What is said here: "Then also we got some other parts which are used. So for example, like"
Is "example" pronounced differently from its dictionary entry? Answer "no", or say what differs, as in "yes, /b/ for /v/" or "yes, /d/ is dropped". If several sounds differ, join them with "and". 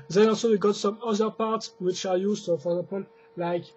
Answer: yes, /m/ is dropped